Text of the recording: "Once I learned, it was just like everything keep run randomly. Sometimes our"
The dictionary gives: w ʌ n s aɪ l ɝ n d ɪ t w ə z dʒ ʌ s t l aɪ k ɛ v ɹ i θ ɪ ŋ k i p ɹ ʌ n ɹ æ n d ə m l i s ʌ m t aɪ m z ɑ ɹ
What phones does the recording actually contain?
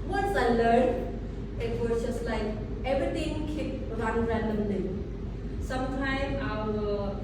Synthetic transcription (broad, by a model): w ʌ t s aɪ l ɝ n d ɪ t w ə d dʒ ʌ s l aɪ k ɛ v ɹ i t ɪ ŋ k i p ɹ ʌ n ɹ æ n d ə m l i s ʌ m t aɪ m ɑ